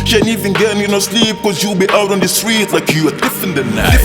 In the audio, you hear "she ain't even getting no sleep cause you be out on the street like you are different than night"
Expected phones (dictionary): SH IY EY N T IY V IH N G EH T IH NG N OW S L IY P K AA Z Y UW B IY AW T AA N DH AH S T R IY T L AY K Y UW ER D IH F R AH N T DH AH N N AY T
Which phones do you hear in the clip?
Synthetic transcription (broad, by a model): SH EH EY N IY V IH N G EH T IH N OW S L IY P K AA Z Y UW B IY AW T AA N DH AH S T R IY T L AY K Y UW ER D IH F AH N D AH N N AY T